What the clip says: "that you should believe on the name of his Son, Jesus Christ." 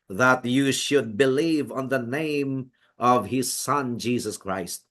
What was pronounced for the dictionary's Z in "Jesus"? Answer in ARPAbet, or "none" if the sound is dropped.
Z